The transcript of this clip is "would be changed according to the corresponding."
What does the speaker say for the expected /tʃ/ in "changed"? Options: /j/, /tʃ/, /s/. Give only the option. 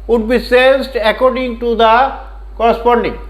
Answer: /s/